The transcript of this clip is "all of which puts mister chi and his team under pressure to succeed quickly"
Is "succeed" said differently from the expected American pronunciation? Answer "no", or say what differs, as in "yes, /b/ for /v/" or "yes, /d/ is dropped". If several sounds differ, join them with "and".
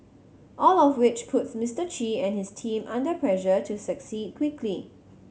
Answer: no